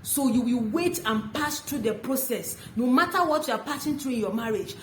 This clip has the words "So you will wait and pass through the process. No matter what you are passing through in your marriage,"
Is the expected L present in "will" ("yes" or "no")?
yes